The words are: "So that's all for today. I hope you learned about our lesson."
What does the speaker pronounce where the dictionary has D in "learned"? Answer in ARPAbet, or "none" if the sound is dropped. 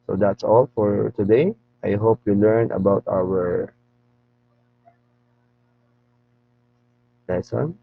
none